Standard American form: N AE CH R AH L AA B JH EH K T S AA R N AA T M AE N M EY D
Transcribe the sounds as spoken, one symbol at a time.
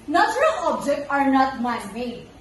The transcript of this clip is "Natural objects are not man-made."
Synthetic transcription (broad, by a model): N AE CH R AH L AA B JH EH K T AA R N AA T M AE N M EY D